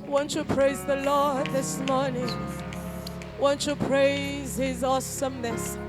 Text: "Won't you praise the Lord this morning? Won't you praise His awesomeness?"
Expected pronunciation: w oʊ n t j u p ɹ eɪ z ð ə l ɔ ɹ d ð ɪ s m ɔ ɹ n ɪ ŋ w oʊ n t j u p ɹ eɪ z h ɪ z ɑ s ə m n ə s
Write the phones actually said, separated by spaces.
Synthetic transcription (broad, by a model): w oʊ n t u p ɹ eɪ z ð ə l ɔ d ð ɪ s m ɔ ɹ n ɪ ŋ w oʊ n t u p ɹ eɪ z h ɪ z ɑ s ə m n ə s